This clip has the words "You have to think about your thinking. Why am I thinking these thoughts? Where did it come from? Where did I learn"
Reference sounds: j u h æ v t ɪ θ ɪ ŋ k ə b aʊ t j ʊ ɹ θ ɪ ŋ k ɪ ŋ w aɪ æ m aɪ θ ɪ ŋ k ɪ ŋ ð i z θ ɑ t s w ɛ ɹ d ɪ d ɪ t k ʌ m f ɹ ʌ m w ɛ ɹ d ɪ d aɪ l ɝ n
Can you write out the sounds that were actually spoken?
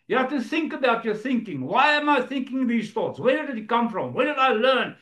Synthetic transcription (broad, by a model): j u h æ f t ɪ θ ɪ ŋ k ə b aʊ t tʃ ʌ ɹ θ ɪ ŋ k ɪ ŋ w aɪ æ m aɪ θ ɪ ŋ k ɪ ŋ ð i z θ ɑ t s w ɛ ɹ d ɪ d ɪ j k ʌ m f ɹ ʌ m w ɛ ɹ d ɪ d aɪ l ɝ n